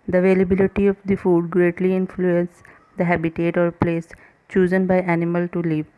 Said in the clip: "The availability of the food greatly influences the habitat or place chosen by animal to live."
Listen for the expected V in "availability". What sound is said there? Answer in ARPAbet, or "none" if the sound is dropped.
V